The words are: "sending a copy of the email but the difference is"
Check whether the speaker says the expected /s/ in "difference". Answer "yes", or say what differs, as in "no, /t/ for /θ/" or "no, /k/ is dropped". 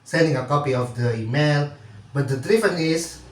no, /s/ is dropped